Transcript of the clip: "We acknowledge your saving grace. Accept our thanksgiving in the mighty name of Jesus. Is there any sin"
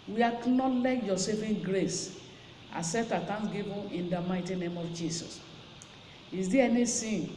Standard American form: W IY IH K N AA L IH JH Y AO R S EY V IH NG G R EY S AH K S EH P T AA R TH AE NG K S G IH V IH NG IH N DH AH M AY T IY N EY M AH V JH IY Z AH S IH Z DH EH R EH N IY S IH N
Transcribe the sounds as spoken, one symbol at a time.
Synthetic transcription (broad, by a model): W IY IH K N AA L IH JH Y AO S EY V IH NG G R EY S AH S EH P T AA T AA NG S G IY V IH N IH N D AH M AY T IY N EY M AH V JH IY S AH S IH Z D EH EH N IY S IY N